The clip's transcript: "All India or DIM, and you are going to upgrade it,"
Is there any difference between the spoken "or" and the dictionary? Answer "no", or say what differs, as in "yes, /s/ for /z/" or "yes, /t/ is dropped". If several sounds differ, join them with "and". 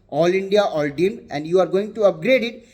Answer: yes, /l/ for /ɹ/